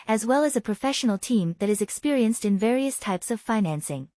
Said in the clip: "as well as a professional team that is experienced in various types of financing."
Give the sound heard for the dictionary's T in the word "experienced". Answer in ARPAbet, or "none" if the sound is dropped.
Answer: T